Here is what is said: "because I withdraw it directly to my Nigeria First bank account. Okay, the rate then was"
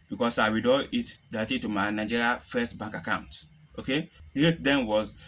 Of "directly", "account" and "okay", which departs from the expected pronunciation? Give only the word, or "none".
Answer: directly